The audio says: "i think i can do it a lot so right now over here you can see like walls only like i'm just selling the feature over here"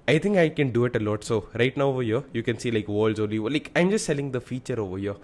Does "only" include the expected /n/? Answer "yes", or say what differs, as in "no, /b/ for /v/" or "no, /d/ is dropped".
no, /n/ is dropped